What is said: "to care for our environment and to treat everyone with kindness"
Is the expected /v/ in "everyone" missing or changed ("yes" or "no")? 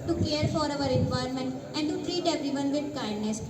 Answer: yes